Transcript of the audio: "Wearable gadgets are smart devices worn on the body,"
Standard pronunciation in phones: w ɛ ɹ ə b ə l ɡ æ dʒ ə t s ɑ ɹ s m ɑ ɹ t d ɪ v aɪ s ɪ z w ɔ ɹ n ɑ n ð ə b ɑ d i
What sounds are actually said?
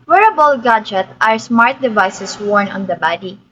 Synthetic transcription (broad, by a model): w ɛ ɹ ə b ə l ɡ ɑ dʒ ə t ɑ ɹ s m ɑ ɹ t d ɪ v aɪ s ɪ s w ɔ ɹ n ɑ n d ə b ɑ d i